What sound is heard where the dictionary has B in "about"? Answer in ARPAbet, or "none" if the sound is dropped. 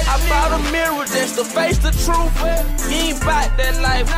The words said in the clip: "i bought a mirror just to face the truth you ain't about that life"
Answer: none